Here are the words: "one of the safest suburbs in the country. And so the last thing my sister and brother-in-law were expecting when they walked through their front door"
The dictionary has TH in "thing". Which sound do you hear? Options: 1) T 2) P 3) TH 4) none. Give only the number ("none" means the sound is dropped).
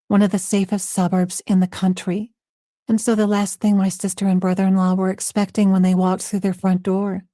3